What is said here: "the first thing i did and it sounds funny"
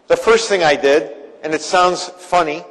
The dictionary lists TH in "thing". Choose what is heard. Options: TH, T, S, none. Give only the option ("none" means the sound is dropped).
TH